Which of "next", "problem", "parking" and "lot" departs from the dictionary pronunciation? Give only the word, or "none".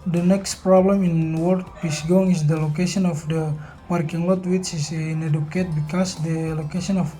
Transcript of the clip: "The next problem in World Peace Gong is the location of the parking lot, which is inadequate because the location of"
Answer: none